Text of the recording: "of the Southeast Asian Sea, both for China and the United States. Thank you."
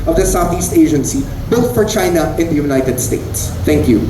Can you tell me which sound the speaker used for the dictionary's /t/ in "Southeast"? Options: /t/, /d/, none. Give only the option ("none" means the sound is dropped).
/t/